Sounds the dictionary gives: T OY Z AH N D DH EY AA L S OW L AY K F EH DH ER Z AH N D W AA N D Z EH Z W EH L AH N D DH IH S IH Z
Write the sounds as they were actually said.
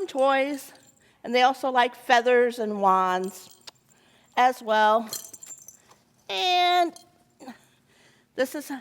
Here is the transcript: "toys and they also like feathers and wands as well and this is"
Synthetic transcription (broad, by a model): T OY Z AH N DH EY AA L S OW L AY K F EH DH ER Z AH N W AA N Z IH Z W EH L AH N DH IH S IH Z